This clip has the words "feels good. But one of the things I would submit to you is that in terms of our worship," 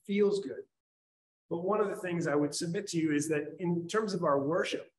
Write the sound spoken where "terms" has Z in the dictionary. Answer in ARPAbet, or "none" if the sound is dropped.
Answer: Z